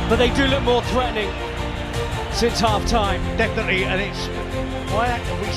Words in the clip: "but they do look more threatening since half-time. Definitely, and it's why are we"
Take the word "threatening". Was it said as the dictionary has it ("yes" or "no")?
yes